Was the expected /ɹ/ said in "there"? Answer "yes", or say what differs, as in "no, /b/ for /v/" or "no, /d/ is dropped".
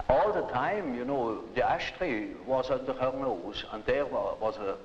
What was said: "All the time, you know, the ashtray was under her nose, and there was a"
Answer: no, /w/ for /ɹ/